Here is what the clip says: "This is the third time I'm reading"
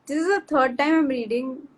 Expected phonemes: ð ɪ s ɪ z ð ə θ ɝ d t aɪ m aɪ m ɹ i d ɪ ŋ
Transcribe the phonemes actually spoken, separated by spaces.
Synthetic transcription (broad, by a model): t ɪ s ɪ z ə t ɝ d t aɪ m aɪ m ɹ i d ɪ ŋ